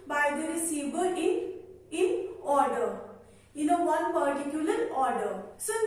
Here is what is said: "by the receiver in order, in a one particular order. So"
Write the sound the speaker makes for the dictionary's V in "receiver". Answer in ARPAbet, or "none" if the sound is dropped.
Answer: B